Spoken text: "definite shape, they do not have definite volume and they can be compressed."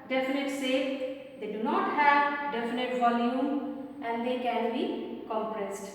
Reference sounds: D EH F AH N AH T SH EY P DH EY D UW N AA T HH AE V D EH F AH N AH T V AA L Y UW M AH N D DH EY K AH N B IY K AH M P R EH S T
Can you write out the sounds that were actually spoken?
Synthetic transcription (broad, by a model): D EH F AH N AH T S EY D EY D UW N AA T HH AE V D EH F AH N AH T V AA L Y UW M AH N D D EY K AH N B IY K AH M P R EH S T